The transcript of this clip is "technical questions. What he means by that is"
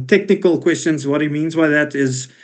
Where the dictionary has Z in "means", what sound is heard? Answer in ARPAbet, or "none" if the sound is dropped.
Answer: Z